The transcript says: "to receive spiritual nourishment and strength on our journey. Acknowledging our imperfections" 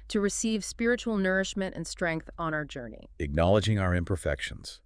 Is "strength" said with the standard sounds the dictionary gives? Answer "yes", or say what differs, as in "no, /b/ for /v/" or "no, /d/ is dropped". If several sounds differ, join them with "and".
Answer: yes